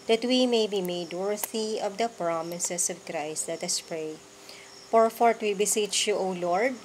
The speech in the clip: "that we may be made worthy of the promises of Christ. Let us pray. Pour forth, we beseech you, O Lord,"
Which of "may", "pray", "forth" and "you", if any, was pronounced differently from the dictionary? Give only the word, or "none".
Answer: forth